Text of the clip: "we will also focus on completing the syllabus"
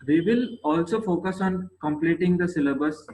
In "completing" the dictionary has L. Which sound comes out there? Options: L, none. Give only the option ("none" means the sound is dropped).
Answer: L